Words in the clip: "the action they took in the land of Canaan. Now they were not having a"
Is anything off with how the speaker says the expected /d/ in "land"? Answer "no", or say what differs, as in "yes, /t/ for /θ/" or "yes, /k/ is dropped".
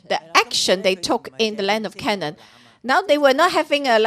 no